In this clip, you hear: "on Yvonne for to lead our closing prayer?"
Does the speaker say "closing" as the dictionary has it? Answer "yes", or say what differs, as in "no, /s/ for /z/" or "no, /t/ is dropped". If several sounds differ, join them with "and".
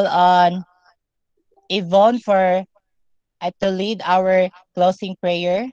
no, /s/ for /z/